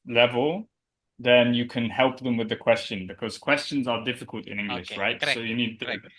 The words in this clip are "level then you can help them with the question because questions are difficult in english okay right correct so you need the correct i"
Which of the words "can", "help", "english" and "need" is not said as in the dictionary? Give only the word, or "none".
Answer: none